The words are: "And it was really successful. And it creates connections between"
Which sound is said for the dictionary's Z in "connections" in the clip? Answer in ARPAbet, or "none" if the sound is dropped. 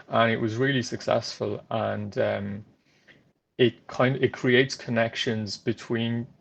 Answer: Z